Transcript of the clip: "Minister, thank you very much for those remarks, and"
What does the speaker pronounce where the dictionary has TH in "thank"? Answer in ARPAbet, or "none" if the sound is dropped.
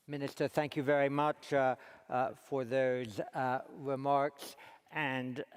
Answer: TH